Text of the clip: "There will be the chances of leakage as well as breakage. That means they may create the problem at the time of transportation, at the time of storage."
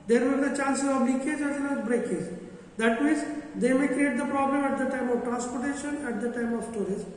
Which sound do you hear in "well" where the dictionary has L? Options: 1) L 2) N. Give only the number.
2